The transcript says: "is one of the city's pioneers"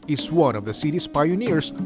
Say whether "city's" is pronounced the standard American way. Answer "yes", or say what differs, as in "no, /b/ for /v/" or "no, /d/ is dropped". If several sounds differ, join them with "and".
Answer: no, /s/ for /z/